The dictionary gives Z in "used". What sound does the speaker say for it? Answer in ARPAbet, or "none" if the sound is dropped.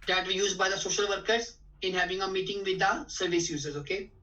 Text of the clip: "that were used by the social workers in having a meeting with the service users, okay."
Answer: Z